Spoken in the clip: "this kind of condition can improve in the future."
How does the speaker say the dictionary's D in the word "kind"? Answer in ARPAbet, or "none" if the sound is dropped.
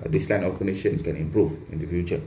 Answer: none